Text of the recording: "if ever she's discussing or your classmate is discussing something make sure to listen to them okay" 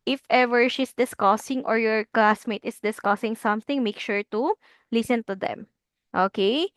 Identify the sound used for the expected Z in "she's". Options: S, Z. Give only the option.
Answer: S